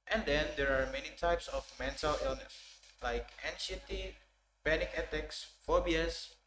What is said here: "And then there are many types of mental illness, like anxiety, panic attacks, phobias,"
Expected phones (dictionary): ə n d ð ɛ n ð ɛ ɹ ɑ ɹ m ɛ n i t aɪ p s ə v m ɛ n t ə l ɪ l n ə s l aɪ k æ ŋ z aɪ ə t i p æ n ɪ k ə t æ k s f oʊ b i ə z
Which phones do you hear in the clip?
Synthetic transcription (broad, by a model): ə n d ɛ n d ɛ ɹ ɑ ɹ m ɛ n i t aɪ p s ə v m ɛ n t ə l ɪ l n ə s l aɪ k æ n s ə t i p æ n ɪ k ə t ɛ k s f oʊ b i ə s